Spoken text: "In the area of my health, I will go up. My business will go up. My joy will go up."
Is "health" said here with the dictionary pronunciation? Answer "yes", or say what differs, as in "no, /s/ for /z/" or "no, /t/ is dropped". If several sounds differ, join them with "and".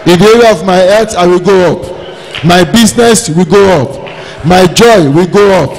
no, /l/ is dropped